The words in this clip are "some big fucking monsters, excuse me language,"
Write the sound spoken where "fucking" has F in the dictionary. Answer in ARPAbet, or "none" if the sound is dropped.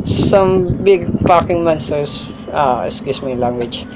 P